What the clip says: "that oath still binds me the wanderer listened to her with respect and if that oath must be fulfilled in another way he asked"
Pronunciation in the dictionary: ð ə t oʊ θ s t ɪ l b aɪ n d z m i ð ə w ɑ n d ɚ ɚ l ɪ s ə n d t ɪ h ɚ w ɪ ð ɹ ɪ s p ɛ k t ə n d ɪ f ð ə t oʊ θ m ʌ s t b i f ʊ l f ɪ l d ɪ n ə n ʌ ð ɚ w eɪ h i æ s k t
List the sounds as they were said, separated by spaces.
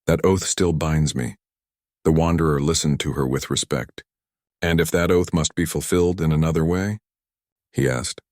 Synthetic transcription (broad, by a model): ð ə t oʊ θ s t ɪ l b aɪ n d z m i ð ə w ɑ n d ɚ ɚ l ɪ s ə n t ɪ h ɚ w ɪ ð ɹ ɪ s p ɛ k t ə n ɪ f ð ə t oʊ θ m ʌ s t b i f l f ɪ l d ɪ n ə n ʌ ð ɚ w eɪ h i æ s k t